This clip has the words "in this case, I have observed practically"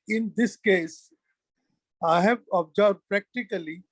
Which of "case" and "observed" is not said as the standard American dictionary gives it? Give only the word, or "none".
observed